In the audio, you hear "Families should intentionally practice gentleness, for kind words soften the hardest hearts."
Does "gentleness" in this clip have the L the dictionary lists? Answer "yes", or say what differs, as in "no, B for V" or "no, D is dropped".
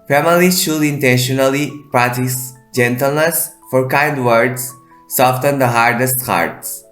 yes